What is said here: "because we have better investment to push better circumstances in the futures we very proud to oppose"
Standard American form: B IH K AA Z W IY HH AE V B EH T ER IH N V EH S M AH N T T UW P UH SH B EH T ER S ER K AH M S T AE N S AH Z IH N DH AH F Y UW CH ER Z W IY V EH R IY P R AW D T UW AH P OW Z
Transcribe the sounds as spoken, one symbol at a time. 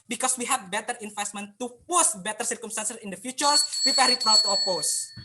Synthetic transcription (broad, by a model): B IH K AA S W IY HH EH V B EH T ER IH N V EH S M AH N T T UW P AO S B EH T ER S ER K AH M S T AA N S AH S IH N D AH F Y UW CH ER S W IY P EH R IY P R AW T UW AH P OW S